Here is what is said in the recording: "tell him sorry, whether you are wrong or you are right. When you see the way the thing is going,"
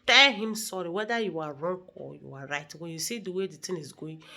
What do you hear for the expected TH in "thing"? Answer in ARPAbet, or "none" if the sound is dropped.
T